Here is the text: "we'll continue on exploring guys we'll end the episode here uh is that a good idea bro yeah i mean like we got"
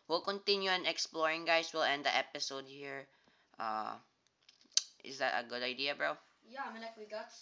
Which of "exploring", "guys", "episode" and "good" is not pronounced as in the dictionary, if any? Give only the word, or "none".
guys